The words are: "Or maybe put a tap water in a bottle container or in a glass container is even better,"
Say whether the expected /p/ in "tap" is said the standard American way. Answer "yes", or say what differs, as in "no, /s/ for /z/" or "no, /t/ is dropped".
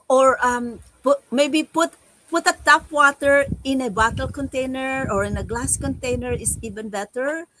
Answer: no, /f/ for /p/